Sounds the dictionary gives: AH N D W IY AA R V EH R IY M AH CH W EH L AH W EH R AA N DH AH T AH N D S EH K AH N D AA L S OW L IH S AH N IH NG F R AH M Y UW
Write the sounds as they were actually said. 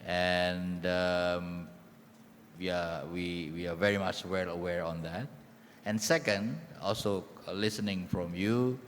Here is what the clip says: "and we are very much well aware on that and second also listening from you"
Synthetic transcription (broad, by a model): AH N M W IY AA W V EH R IY M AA CH W EH L AH W EH R AA N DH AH T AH N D S EH K AH N D AA L S OW L IH S AH N IH NG F R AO M Y UW